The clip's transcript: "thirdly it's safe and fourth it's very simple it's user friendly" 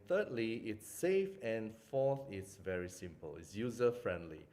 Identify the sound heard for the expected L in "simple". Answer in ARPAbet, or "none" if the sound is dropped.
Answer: L